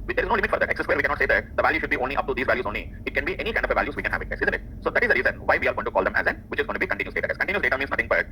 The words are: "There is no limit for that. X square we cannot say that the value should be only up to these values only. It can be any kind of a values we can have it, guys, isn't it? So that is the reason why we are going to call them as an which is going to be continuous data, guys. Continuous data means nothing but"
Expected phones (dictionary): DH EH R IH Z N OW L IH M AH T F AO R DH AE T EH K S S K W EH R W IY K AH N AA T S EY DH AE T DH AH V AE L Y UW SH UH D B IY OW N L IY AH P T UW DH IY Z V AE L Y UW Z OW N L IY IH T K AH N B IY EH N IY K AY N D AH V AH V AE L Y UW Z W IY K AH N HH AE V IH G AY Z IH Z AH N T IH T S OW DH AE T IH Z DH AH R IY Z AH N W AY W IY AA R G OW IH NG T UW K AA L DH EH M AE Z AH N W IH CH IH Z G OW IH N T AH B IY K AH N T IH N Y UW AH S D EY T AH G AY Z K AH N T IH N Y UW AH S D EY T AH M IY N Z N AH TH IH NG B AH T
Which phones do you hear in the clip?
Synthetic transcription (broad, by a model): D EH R IH Z N OW L IH M AH T F AO R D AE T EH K S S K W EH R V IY K AH N AA T S EY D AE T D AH V AE L Y UW SH UH D B IY OW N L IY AH P T UW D IY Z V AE L Y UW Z OW N L IY IH T K AH N B IY EH N IY K AY N D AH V AH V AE L Y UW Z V IY K AH N HH AE V IH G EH S IH Z AH N T IH T S OW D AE T IH Z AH R IY Z AH N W AY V IY AA R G OW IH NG T UW K AA L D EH M AE Z AH N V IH CH IH Z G OW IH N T B IY K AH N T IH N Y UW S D EY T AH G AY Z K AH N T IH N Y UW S D EY T AH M IY N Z N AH T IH NG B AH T